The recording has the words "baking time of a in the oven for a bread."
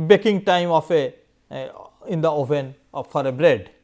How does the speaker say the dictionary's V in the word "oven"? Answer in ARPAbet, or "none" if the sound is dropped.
P